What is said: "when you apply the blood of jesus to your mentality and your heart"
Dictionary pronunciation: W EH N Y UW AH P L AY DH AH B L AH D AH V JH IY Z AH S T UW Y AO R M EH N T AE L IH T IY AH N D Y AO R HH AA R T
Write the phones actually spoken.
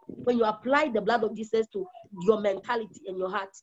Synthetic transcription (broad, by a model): W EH N Y UW AH P L AY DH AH B L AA D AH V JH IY S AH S T UW Y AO M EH N T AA L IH T IY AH N Y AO HH AA T